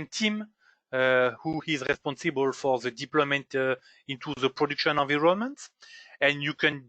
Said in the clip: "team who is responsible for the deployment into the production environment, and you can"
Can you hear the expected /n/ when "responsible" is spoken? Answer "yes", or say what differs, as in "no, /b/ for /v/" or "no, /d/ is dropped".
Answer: yes